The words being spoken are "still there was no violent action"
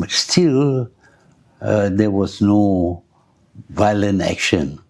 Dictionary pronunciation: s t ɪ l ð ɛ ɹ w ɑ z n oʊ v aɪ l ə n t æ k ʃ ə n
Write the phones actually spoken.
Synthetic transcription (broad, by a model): s t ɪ l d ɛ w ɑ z n oʊ v aɪ l ə n t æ k ʃ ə n